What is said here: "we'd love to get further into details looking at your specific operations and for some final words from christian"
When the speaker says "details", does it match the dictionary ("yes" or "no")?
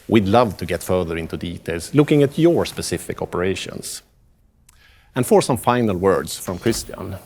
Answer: no